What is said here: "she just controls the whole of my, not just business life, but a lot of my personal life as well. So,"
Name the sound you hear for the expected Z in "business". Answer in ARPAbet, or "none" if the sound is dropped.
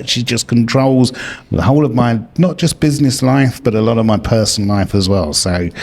Z